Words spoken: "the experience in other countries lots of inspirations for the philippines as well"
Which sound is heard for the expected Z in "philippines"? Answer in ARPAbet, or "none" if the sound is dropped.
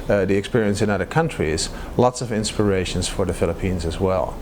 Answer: Z